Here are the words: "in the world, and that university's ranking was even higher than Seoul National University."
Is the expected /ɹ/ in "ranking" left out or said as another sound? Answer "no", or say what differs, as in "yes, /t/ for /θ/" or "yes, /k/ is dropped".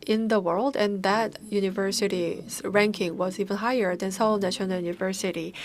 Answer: no